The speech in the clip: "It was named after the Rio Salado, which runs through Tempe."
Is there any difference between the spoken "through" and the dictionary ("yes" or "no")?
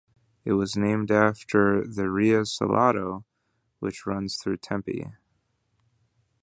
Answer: no